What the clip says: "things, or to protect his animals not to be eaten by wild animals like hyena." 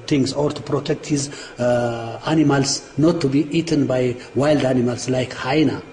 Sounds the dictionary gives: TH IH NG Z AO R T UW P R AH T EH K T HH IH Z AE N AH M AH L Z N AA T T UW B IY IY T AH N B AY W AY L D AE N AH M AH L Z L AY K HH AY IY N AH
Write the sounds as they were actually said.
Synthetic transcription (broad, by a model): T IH NG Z AO R T UW P R AH T EH K T HH IH Z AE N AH M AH L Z N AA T T UW B IY IY T AH N B AY W AY L D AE N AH M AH L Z L AY K HH AY N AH